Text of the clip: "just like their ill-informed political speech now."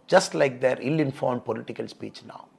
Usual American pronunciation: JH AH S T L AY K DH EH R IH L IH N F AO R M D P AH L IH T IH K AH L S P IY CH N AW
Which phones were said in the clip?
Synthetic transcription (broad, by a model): JH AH S T L AY K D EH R IH L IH N F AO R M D P AH L IH T IH K AH L S P IY CH N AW